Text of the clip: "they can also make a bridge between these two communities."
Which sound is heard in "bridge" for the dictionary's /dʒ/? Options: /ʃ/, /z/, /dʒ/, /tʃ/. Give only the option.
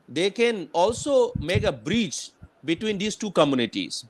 /tʃ/